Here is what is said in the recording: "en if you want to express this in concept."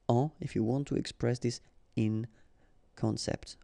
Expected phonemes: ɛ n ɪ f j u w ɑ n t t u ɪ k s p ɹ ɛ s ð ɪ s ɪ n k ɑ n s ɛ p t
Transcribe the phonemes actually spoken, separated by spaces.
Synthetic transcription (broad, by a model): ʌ ɪ f j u w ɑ n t t u ɪ k s p ɹ ɛ s ð ɪ s ɪ n k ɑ n s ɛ p t